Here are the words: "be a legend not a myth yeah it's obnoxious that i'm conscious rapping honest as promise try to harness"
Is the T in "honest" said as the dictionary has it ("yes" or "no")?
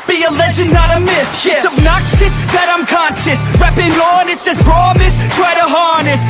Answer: no